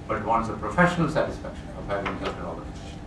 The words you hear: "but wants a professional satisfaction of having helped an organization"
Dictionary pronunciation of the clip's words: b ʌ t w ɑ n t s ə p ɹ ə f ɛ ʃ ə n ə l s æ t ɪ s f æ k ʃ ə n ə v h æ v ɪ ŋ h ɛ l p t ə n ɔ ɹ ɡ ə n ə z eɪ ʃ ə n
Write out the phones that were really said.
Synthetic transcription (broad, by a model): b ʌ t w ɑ n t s ə p ɹ ə f ɛ ʃ ə n ə l s æ t ɪ s f æ k ʃ ə n ə v h æ v ɪ ŋ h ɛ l t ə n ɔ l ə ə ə